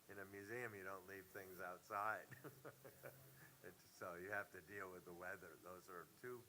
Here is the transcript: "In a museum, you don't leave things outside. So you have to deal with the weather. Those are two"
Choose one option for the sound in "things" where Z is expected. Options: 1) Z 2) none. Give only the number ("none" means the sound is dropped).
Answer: 1